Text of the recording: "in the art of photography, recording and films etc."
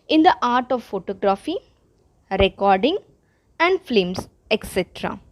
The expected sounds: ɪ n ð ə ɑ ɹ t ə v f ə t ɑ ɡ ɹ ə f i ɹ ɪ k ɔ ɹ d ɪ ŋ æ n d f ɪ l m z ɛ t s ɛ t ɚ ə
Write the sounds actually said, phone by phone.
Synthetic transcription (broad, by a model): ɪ n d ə ɑ ɹ t ə v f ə t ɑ ɡ ɹ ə f i ɹ ɪ k ɔ ɹ d ɪ ŋ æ n d f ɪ m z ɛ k s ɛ t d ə